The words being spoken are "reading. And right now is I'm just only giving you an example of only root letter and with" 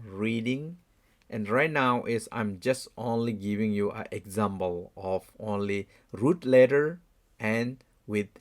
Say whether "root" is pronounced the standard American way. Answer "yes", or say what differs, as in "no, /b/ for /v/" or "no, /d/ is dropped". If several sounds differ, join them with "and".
yes